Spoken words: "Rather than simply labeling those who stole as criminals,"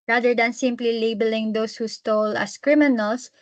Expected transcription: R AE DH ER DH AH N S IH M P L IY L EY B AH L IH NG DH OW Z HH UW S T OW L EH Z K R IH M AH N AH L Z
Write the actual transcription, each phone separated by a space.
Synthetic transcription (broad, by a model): R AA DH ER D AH N S IH M P L IY L EY B AH L IH NG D OW S HH UW S T OW L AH S K R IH M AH N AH L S